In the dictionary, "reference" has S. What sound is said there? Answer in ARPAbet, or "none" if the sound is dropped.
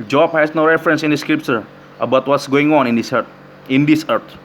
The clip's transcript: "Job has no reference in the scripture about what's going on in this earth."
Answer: S